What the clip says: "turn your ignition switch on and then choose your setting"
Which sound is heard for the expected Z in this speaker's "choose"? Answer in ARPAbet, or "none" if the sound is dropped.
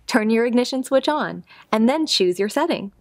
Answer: Z